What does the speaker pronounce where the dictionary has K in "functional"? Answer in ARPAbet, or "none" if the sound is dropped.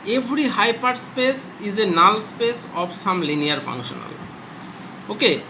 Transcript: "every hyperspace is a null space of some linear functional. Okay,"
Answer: none